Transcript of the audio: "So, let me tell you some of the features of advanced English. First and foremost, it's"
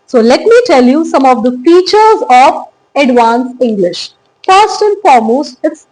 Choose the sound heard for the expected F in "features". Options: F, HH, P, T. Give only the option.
F